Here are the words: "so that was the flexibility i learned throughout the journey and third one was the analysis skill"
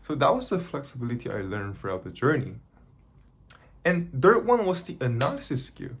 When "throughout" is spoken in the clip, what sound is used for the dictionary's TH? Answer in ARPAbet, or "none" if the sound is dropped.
F